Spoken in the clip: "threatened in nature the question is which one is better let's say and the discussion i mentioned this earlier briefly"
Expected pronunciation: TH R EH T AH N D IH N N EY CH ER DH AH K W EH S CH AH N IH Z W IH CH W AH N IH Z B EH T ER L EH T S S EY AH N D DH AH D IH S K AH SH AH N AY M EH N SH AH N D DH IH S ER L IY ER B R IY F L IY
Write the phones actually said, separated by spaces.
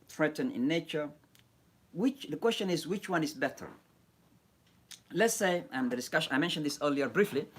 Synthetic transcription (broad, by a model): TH R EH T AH N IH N N EY CH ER DH AH K W EH S CH AH N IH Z W IH CH W AH N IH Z B EH T ER L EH T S S EY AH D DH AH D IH S K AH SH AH IH M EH N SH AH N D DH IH S ER L IY ER B R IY F L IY